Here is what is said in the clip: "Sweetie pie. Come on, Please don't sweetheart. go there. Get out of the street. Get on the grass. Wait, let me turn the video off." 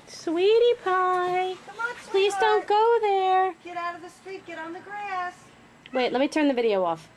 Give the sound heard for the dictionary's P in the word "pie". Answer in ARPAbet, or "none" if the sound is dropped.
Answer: P